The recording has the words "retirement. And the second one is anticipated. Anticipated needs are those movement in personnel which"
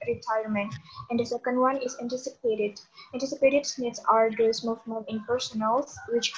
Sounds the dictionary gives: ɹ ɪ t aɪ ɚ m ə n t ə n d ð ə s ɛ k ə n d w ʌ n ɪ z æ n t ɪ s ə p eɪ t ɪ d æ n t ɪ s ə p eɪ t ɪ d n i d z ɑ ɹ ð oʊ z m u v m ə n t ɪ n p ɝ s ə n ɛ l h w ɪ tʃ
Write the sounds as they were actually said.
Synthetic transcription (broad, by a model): ɹ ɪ t aɪ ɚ m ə n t ə n d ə s ɛ k ə n d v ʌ n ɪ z æ n t ɪ s ə p eɪ t ɪ d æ n t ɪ s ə p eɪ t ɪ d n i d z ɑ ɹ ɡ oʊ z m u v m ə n ɪ n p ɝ s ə n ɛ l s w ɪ tʃ